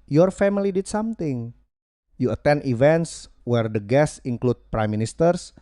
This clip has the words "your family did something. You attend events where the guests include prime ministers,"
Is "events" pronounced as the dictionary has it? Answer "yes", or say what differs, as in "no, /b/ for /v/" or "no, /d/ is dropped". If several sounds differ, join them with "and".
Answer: yes